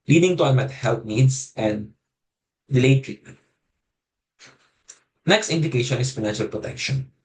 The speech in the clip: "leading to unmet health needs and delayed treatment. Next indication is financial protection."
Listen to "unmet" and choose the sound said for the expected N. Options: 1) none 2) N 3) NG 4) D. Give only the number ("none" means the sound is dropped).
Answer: 1